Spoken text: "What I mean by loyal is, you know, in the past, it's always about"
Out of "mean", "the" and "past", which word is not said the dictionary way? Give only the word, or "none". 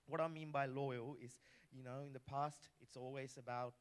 none